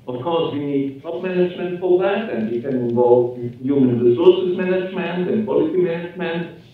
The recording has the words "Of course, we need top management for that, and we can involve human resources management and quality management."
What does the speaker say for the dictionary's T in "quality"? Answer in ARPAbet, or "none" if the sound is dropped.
S